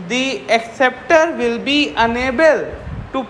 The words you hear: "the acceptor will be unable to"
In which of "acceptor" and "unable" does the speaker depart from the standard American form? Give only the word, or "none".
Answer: none